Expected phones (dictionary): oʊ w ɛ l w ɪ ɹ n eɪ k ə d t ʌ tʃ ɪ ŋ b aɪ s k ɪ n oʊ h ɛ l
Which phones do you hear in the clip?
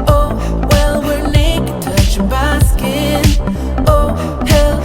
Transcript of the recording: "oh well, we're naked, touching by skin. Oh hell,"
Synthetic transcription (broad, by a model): oʊ w ɛ l w ɪ ɹ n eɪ ə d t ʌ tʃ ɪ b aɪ s k ɪ n oʊ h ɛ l